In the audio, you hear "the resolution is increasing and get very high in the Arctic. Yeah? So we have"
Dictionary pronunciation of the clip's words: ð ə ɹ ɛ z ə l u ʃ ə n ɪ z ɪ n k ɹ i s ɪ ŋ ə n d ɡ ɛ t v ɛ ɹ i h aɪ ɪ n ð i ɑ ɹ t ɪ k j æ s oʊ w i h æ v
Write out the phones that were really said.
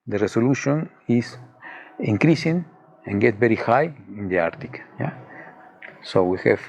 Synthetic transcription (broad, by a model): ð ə ɹ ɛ s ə l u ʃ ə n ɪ s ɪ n k ɹ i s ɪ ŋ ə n ɡ ɛ t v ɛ ɹ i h aɪ ɪ n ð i ɑ ɹ t ɪ k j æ s oʊ w i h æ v